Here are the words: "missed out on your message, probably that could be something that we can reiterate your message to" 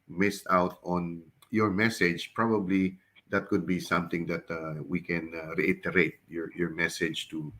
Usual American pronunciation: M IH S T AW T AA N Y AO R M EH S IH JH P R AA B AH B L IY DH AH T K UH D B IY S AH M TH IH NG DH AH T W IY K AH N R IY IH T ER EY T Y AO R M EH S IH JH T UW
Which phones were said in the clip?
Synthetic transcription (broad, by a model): M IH S T AW T AA N Y AO R M EH S IH JH P R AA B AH B L IY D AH T K UH D B IY S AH M T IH NG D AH T W IY K AH N R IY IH T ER EY T Y AO R M EH S IH JH T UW